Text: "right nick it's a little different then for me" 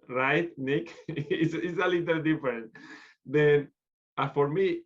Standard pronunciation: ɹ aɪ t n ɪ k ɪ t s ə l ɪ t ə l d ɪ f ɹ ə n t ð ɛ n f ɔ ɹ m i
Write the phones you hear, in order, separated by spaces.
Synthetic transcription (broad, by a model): ɹ aɪ t n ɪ k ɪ s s ə l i t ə l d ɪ f ɹ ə n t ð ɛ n f ɔ ɹ m i